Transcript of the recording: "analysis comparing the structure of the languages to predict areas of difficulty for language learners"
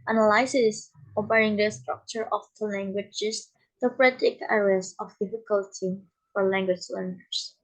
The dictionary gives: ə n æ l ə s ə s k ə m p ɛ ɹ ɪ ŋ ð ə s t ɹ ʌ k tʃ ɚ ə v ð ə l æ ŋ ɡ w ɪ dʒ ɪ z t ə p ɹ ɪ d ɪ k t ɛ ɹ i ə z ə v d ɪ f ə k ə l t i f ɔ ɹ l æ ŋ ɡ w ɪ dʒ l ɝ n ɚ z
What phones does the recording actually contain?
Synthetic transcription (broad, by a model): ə n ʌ l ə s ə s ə p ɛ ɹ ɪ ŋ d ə s t ɹ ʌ k tʃ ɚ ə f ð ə l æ ŋ ɡ w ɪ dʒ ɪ s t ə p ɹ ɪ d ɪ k ɛ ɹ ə s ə f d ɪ f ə k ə l t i f ɔ ɹ l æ ŋ ɡ w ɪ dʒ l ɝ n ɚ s